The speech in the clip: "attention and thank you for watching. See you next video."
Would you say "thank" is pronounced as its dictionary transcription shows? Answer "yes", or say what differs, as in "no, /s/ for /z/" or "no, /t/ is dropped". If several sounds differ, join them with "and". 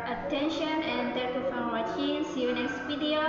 no, /ŋ/ is dropped